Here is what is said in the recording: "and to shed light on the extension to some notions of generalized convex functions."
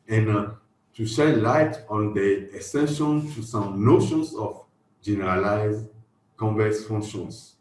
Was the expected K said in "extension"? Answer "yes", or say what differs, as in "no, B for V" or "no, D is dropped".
no, K is dropped